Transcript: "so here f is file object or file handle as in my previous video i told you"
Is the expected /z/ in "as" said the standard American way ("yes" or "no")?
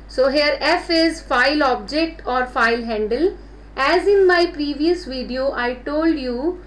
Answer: yes